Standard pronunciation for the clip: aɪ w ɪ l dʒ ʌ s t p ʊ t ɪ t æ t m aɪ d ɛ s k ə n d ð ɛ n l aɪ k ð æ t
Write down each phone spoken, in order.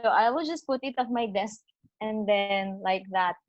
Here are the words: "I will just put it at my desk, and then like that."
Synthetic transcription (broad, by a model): aɪ w ɪ l dʒ ʌ s t p ʊ t ɪ t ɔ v m aɪ d ɛ s k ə n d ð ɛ n l aɪ k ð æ t